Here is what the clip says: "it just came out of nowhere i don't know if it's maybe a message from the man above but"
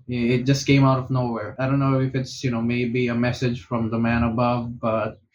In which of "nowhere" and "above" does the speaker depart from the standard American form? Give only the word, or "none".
none